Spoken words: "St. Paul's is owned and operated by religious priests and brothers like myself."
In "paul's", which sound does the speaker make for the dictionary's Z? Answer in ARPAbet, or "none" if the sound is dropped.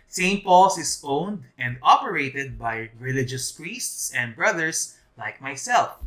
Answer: S